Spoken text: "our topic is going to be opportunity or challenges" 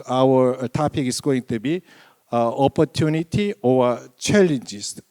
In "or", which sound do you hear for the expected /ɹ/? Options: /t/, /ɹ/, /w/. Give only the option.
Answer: /w/